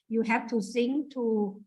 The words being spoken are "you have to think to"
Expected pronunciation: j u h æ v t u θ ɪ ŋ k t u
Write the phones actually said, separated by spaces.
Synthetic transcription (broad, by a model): j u h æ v t u s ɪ ŋ t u